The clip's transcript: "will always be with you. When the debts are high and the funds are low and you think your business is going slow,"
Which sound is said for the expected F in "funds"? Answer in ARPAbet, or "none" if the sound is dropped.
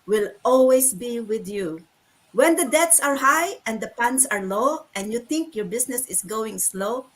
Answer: P